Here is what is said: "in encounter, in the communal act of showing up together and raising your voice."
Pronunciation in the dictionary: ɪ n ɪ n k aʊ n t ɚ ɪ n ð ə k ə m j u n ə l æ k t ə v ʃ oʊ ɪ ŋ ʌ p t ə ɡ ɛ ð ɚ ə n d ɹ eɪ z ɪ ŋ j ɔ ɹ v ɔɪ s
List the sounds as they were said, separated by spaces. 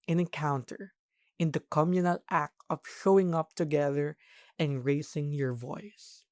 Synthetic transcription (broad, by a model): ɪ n ɪ n k aʊ n t ɚ ɪ n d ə k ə m j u n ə l æ k t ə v ʃ oʊ ɪ ŋ ʌ p t ə ɡ ɛ ð ɚ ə n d ɹ eɪ s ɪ ŋ j ɔ ɹ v ɔɪ s